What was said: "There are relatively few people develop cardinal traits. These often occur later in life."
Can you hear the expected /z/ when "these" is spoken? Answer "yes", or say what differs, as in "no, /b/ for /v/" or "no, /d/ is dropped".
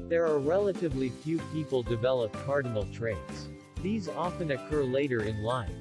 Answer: yes